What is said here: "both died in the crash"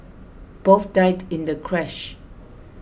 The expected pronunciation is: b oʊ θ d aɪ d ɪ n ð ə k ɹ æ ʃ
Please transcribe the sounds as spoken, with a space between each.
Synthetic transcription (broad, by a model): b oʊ f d aɪ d ɪ n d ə k ɹ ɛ ʃ